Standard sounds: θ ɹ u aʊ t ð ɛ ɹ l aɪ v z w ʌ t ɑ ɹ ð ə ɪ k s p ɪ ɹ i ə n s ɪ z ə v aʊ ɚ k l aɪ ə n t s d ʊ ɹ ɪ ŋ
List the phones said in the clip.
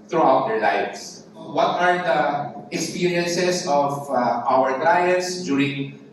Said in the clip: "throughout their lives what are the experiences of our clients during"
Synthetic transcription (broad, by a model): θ ɹ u aʊ t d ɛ ɹ l aɪ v s w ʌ t ɑ ɹ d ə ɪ k s p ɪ ɹ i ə n s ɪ s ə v aʊ ɚ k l aɪ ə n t s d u ɹ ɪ ŋ